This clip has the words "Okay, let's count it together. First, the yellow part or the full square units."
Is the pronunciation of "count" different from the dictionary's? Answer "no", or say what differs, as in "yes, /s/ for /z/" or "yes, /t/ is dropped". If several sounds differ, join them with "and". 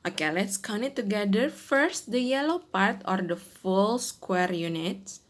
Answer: yes, /t/ is dropped